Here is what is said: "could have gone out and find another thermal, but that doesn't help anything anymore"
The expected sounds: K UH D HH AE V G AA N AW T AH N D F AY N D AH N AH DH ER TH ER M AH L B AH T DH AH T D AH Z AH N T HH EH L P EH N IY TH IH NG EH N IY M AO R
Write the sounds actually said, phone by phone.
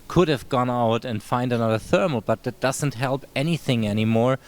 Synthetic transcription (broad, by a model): K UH D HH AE V G AA N AW T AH N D F AY N D AH N AH DH ER TH ER M L B AH T DH AH T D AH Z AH N T HH EH L P EH N IY TH IH NG EH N IY M AO R